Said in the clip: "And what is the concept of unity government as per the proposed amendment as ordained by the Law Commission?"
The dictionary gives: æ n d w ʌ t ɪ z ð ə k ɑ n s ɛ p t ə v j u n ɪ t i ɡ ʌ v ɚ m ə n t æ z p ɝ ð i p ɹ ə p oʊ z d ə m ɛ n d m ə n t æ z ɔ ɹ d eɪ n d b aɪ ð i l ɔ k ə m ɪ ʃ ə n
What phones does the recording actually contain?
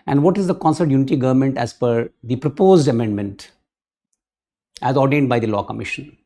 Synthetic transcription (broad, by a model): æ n d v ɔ t ɪ z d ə k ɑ n s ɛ t j u n ɪ t i ɡ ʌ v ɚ m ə n t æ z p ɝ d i p ɹ ə p oʊ z d ə m ɛ n d m ə n t æ z ɔ ɹ d eɪ n d b aɪ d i l ɔ k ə m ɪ ʃ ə n